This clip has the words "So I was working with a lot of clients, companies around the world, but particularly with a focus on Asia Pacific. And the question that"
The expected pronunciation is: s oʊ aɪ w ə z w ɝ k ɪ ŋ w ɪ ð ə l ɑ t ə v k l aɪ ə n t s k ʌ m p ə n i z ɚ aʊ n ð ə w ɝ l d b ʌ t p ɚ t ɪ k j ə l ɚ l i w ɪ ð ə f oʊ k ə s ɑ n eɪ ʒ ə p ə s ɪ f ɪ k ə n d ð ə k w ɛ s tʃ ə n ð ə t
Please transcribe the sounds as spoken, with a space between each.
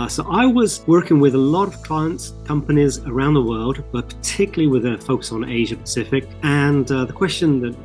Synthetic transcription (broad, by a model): s oʊ aɪ w ə z w ɝ k ɪ ŋ w ɪ ð ə l ɑ t ə v k l aɪ ə n t s k ʌ m p ə n i z ɚ aʊ n ð ə w ɝ l d b ʌ t p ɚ t ɪ k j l l i w ɪ ð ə f oʊ k ə s n eɪ ʒ ə p ə s ɪ f ɪ k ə n ð ə k w ɛ s tʃ ə n ð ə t